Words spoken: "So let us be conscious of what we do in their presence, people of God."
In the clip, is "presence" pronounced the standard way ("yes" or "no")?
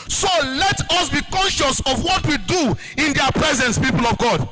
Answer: yes